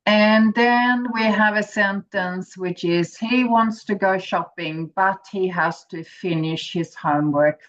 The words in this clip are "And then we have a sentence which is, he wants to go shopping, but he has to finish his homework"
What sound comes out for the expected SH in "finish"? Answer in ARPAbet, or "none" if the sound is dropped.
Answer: SH